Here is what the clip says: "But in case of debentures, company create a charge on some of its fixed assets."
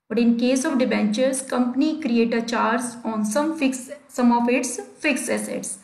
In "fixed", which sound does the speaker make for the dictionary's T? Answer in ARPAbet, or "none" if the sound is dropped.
none